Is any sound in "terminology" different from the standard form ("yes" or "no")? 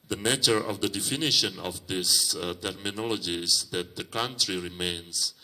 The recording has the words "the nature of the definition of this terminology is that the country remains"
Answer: no